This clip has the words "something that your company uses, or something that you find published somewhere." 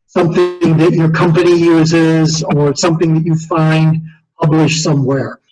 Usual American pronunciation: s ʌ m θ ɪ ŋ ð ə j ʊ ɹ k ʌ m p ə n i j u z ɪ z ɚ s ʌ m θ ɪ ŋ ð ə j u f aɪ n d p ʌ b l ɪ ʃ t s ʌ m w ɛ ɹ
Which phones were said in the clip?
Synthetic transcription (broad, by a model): s ʌ m θ ɪ ŋ ð ə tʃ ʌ ɹ k ʌ m p ə n i j u z ɪ z ɚ s ʌ m θ ɪ ŋ ð ə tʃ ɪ f aɪ n d p ʌ b l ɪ ʃ s ʌ m w ɛ ɹ